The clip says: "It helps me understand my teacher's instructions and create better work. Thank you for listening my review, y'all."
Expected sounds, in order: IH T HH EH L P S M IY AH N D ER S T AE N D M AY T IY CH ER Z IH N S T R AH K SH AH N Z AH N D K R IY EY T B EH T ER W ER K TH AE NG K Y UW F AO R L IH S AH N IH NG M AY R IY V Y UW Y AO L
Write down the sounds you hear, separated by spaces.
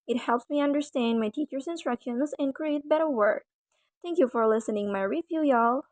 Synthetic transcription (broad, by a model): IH T HH EH L P S M IY AH N D ER S T AE N D M AY T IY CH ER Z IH N S T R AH K SH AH N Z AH N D K R IY EY T B EH T ER W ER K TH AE NG K Y UW F AO R L IH S AH N IH NG M AY R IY F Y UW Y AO L